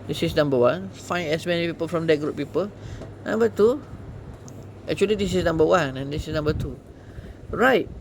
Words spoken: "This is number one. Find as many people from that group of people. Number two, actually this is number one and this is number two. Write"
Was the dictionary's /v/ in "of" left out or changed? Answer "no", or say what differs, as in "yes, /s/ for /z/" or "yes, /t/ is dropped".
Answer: yes, /p/ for /v/